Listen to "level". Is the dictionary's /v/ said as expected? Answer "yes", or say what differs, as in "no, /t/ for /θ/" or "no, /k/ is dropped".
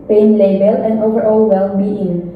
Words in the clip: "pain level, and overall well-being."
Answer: no, /b/ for /v/